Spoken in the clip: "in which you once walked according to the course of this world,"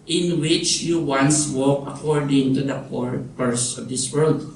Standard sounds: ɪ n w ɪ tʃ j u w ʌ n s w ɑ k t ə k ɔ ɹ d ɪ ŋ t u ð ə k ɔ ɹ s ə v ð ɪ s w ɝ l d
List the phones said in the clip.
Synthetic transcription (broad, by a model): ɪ n w ɪ tʃ j u w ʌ n s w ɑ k ə k ɔ ɹ d ɪ ŋ t u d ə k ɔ ɹ s ə v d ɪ s w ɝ l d